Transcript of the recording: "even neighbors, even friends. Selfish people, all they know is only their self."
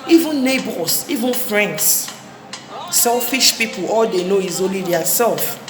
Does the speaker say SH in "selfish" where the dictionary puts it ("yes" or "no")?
yes